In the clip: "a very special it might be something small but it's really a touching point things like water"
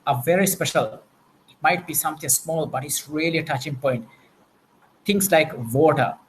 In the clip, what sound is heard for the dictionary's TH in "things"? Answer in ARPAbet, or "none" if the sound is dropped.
T